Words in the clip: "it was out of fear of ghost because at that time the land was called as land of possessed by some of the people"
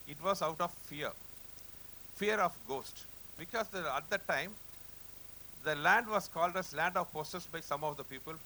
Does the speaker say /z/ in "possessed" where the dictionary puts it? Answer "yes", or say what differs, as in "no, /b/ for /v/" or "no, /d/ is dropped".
no, /s/ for /z/